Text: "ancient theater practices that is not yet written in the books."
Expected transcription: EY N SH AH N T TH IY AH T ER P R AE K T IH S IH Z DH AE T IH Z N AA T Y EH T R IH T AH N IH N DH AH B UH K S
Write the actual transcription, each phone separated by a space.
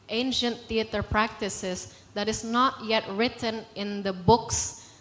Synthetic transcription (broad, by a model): EY N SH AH N T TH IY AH T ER P R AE K T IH S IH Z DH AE T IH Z N AA T Y EH T R IH T AH N IH N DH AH B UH K S